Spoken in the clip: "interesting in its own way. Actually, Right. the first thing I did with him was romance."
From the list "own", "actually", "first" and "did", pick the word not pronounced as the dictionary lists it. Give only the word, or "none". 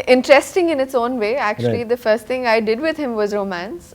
actually